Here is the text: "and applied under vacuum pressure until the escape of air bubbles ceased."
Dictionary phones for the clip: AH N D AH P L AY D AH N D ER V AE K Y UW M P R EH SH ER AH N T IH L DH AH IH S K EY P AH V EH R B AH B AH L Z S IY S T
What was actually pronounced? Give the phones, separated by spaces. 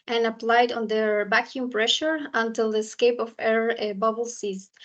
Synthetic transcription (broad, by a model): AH N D AH P L AY D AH N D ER B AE K Y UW M P R EH SH ER AH N T IH L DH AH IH S K EY P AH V EH R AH B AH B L S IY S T